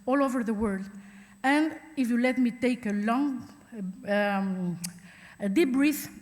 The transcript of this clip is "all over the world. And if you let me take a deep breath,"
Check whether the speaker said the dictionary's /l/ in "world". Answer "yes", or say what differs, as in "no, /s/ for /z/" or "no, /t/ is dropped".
yes